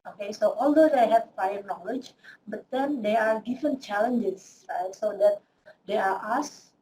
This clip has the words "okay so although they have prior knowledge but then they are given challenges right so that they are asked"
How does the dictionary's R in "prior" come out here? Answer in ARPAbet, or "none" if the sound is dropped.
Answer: none